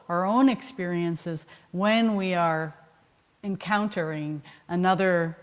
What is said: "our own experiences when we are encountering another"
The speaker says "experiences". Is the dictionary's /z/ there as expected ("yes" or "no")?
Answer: yes